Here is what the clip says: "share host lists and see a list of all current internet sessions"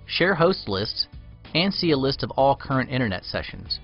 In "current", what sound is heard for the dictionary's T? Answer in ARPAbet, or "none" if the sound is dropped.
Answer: T